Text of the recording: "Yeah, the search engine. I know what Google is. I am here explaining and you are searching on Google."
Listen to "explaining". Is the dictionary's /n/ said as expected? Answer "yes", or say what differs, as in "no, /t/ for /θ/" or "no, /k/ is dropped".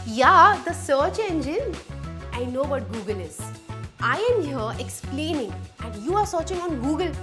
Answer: yes